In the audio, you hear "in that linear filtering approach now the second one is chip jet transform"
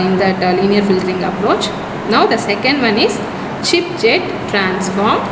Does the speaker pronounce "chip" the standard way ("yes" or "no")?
yes